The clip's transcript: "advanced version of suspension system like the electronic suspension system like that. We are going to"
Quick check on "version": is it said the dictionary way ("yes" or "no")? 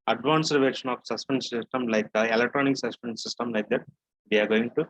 no